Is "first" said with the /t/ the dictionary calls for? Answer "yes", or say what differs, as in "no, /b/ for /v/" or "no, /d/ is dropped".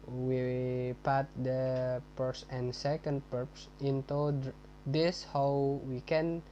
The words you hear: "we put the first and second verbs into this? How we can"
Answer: no, /t/ is dropped